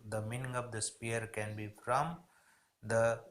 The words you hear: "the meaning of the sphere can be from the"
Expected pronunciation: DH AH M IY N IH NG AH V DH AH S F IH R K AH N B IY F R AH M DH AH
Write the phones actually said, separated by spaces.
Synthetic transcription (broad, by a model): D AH M IY N IH NG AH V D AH S P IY R K AH N B IY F R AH M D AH